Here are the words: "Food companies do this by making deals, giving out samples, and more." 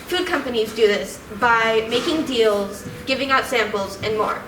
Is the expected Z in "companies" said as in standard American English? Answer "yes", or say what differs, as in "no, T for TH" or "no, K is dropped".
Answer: yes